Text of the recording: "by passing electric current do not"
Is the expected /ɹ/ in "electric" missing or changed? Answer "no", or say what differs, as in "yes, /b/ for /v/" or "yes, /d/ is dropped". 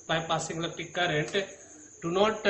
yes, /ɹ/ is dropped